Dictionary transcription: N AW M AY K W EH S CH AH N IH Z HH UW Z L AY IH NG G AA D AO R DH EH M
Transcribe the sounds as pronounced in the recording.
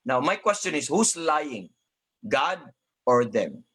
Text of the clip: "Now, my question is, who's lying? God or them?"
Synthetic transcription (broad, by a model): N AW M AY K W EH S CH AH N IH S HH UW S L AY IH NG G AA D AO R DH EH M